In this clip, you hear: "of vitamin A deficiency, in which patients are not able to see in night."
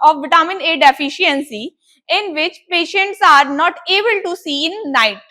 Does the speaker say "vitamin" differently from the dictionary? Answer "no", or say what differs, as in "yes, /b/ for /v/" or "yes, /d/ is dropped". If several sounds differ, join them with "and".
yes, /b/ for /v/